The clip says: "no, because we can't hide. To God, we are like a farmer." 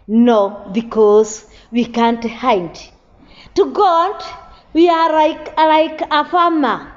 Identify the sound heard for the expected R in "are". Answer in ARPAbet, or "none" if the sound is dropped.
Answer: L